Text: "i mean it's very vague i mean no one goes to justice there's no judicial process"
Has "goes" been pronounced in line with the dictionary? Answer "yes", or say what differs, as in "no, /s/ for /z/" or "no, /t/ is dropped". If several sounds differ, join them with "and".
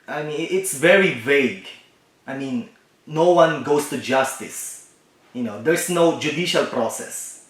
no, /s/ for /z/